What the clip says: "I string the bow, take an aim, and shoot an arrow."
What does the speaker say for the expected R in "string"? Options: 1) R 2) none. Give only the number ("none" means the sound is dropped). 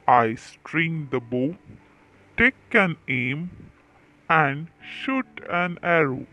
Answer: 1